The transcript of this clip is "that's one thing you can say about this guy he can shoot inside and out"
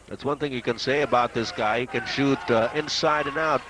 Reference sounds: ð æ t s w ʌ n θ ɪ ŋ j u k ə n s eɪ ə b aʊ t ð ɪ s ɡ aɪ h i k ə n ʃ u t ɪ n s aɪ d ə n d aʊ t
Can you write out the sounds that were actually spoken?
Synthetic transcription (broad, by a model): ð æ t s w ʌ n θ ɪ ŋ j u k ə n s eɪ ə b aʊ t ð ɪ s ɡ aɪ h i k ə n ʃ u t ɪ n s aɪ d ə n aʊ t